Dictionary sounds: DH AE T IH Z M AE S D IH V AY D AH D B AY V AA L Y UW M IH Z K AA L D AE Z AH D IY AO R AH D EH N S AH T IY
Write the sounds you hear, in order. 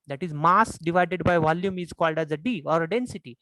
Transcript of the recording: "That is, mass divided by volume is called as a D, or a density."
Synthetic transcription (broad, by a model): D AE T IH Z M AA S D IH V AY D AH D B AY V AA L Y UW M IH Z K AA L D AE Z AH D IY AO R AH D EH N S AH T IY